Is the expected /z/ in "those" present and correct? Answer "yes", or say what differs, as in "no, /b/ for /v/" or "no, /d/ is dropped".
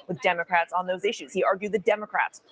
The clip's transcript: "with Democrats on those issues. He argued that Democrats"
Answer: yes